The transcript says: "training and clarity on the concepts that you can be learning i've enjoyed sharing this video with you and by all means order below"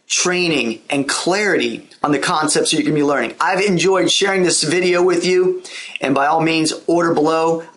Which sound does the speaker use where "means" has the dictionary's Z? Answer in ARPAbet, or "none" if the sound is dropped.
Z